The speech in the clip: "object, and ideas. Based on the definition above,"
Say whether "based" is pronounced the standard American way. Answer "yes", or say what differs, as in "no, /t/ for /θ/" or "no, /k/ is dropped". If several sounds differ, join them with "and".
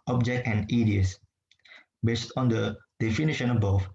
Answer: yes